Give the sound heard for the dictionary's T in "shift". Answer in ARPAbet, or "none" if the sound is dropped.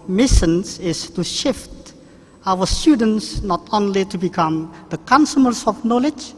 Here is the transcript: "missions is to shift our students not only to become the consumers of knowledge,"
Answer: T